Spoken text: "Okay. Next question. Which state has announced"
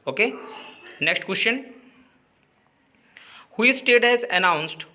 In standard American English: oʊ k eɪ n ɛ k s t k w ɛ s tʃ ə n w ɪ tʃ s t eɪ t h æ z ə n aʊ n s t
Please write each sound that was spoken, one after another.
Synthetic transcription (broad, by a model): oʊ k eɪ n ɛ k s t k w ɛ s tʃ ə n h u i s t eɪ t h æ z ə n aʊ n s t